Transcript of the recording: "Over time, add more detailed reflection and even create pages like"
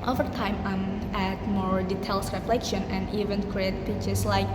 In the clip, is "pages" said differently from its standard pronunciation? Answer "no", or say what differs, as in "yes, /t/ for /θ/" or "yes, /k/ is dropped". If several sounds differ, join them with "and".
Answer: yes, /tʃ/ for /dʒ/ and /s/ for /z/